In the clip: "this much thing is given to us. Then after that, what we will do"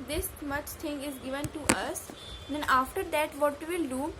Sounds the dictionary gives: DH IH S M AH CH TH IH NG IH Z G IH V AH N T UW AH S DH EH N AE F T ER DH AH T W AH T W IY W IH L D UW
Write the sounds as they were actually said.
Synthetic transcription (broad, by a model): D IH S M AH CH T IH NG IH Z G IH V AH N T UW AH S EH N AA F T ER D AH T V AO T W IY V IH L D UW